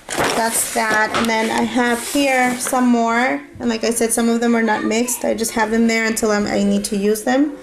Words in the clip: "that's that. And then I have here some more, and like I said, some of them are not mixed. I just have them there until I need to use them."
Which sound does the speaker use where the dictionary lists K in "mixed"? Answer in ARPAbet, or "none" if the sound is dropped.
K